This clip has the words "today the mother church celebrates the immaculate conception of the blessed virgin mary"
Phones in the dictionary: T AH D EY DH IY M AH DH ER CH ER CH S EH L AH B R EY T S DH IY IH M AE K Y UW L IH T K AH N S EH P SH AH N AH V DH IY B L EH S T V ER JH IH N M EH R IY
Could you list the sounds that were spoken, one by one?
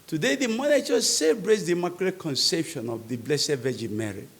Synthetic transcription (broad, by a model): T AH D EY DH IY M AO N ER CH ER S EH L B R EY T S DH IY M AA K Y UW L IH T K AH N S EH P SH AH N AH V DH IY B L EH S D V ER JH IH M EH R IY